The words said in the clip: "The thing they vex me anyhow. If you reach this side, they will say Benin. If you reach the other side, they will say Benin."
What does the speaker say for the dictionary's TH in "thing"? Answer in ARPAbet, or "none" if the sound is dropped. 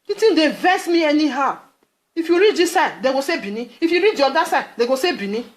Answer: T